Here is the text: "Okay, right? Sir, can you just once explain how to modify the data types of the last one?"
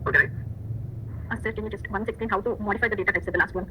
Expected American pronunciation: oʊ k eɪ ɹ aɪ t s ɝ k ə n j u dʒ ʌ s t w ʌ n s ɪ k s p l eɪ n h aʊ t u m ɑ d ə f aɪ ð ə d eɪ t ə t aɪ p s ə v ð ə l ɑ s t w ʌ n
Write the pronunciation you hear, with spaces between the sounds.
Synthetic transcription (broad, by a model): oʊ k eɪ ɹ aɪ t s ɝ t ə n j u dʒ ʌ s t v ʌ n s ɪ k s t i n h aʊ t u m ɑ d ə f aɪ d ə d eɪ t ə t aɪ s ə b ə l ɑ s t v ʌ n